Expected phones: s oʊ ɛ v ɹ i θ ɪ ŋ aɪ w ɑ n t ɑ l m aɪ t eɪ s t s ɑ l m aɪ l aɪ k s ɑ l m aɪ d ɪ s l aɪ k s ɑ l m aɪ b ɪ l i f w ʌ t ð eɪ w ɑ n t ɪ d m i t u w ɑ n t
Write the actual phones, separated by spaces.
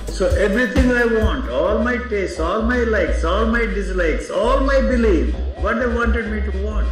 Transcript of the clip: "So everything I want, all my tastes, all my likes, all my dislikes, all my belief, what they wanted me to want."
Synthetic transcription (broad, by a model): s oʊ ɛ v ɹ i t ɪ ŋ aɪ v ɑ n t ɑ l m aɪ t eɪ s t ɑ l m aɪ l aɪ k s ɑ l m aɪ d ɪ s l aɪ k s ɑ l m aɪ b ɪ l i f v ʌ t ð eɪ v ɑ n t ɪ d m i t u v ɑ n t